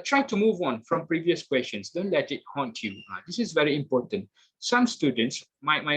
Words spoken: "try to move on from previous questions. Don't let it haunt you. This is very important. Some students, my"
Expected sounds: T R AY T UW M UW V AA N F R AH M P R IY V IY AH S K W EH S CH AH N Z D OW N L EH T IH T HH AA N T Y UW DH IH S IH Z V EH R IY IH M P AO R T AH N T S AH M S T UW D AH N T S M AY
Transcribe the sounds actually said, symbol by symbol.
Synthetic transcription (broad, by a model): T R AY T UW M UW V AA N F R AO M P R IY V IY AH S K W EH S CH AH N S D OW N L EH T IH T HH AA N T Y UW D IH S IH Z V EH R IY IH M P AO T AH N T S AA M S T UW D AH N T S M AY